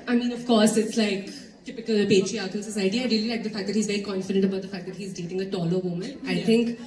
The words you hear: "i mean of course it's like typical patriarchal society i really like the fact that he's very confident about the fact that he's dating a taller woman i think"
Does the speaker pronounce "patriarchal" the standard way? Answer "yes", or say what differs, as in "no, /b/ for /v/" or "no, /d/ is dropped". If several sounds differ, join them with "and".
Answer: no, /n/ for /l/